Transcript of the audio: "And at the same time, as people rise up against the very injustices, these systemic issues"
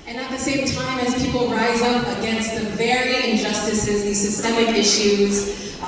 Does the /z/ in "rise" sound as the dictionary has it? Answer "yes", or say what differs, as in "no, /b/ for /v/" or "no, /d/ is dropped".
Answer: yes